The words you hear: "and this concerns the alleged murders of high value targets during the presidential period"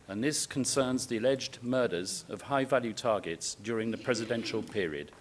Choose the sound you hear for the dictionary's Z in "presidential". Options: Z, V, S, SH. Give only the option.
Z